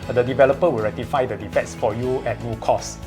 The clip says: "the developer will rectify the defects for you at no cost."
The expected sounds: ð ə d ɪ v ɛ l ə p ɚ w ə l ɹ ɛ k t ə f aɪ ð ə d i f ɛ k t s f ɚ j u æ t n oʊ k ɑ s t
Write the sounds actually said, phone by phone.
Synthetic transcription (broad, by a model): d ə d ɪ v ɛ l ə p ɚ w ə l ɹ ɛ k t ə f aɪ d ə d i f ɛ t s f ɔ j u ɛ t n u k ɑ s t